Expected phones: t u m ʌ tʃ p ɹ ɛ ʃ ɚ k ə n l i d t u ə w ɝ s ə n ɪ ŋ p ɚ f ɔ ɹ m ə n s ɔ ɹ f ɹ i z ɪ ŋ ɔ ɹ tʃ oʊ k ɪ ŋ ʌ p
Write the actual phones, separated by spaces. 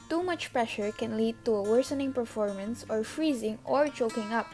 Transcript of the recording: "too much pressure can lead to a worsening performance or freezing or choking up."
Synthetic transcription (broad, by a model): t u m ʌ tʃ p ɹ ɛ ʃ ɚ k ə n l i d t u ə w ɝ s ə n ɪ ŋ p ɚ f ɔ ɹ m ə n s ɔ ɹ f ɹ i z ɪ ŋ ɔ ɹ tʃ oʊ k ɪ ŋ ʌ p